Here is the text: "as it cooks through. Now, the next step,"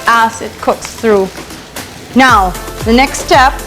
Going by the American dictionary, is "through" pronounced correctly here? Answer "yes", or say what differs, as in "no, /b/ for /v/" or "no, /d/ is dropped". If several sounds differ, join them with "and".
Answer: yes